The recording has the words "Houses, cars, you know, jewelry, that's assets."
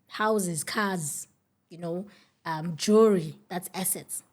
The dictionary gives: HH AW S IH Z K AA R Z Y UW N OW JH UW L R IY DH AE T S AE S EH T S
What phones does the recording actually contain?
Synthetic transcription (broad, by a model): HH AW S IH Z K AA Z Y UW N OW JH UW R IY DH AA T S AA S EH T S